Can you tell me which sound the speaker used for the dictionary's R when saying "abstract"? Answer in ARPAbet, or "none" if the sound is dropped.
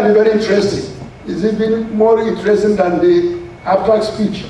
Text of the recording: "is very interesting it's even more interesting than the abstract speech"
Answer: none